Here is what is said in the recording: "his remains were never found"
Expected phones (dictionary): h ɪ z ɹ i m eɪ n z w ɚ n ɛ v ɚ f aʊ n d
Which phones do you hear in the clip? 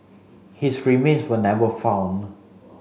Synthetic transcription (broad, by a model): h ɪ s ɹ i m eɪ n s w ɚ n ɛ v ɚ f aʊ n